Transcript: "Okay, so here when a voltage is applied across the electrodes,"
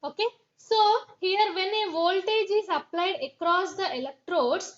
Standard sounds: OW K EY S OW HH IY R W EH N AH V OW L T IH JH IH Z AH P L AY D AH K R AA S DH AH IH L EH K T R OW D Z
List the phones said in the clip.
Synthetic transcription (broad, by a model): OW K EY S OW HH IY R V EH N AH V OW L T IH JH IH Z AH P L AY D AH K R AA S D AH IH L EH K T R OW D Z